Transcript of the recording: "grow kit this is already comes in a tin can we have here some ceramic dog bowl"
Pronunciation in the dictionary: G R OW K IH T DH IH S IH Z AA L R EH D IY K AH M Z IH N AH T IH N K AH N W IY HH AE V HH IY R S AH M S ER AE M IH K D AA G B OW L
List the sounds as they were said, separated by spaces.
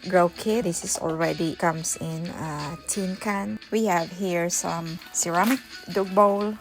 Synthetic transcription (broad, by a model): G R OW K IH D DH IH S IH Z AA L R EH D IY K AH M S IH N AH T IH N K AH N W IY HH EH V HH IY R S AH M S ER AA M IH K D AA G B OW L